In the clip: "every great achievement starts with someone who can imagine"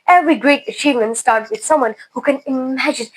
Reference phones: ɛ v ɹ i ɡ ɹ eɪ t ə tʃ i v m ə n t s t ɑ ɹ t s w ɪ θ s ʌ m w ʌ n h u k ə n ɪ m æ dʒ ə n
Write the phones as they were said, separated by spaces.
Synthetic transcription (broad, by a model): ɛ v ɹ i ɡ ɹ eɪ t ə tʃ i v m ə n t s t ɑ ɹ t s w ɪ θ s ʌ m w ʌ n h u k ə n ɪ m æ dʒ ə n